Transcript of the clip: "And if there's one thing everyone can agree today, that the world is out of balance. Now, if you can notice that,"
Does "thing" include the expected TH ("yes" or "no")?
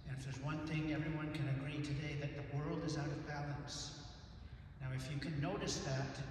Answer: yes